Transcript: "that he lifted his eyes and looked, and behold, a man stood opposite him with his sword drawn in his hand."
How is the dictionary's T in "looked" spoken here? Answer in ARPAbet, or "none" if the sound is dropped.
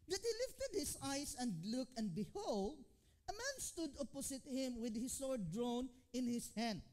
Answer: none